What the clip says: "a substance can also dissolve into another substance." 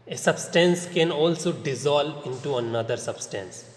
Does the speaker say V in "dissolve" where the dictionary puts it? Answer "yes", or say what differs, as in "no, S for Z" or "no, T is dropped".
no, V is dropped